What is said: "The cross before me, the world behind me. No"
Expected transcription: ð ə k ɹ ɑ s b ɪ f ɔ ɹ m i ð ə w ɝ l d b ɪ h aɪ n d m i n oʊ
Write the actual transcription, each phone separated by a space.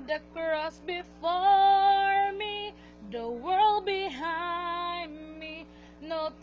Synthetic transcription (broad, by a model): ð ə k ɹ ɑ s b ɪ f ɔ ɹ m i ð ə w ɝ l d b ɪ h aɪ n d m i n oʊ